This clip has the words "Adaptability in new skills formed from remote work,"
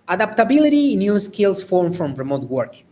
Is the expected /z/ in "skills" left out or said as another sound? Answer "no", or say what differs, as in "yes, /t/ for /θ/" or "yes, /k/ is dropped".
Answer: yes, /s/ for /z/